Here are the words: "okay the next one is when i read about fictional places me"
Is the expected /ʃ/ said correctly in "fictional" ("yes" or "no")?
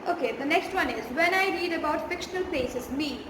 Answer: yes